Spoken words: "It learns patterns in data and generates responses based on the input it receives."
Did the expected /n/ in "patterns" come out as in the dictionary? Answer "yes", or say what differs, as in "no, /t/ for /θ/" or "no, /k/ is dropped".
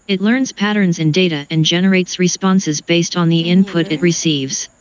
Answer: yes